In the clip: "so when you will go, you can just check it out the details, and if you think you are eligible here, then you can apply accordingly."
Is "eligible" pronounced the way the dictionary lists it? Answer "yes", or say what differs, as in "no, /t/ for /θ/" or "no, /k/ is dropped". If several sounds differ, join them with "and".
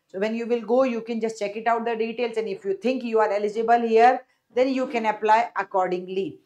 yes